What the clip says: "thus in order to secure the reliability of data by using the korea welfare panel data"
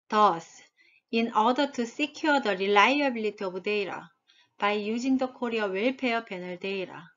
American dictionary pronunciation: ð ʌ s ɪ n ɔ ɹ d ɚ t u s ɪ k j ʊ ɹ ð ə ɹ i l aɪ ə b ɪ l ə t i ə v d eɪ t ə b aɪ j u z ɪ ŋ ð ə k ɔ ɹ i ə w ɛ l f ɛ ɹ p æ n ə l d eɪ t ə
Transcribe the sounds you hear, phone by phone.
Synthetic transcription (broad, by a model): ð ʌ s ɪ n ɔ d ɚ t u s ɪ k j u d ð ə ɹ i l aɪ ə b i l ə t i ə b d eɪ t ə b aɪ j u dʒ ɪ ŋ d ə k ɔ ɹ i ə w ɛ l p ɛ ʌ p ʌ n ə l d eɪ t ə